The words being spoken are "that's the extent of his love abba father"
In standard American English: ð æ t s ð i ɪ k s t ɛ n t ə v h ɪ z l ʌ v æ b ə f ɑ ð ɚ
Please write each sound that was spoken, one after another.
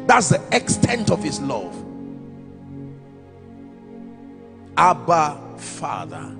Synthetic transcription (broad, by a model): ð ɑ t s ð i ɪ k s t ɛ n t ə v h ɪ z l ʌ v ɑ b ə f ɑ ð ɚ